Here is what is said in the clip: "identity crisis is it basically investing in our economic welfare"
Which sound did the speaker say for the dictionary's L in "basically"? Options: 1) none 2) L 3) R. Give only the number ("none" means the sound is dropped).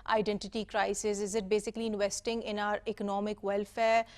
2